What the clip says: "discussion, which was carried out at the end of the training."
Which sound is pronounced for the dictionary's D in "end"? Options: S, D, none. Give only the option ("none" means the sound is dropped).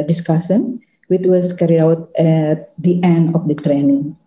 D